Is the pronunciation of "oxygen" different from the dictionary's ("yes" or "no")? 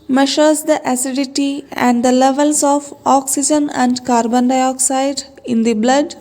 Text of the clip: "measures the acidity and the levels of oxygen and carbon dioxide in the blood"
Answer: no